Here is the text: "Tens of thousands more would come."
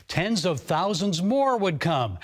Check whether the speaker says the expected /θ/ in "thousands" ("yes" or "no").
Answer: yes